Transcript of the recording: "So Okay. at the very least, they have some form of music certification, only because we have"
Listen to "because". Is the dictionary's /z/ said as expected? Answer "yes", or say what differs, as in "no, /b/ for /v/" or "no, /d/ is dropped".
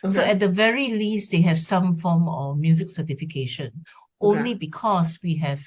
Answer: no, /s/ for /z/